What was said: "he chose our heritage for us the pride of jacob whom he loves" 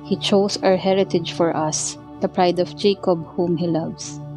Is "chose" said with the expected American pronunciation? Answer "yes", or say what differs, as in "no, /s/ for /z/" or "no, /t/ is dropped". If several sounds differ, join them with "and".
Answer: no, /s/ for /z/